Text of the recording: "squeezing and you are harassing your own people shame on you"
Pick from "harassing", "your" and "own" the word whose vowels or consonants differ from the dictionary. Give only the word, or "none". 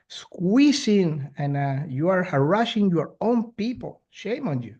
harassing